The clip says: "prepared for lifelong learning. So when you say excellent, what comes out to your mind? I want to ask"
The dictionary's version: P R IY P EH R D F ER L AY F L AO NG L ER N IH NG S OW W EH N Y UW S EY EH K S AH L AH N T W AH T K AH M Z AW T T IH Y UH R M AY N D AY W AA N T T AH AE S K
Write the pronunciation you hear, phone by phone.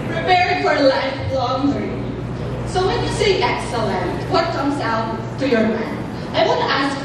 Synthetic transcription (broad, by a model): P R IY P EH R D F ER L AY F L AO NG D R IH S OW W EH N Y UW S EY EH K S AH L AH N T W AH T K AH M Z AW T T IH Y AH R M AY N AY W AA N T T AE S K